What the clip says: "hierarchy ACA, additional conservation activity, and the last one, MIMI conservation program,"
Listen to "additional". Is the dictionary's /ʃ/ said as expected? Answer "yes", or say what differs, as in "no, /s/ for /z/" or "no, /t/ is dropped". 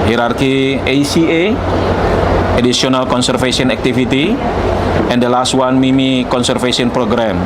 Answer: no, /s/ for /ʃ/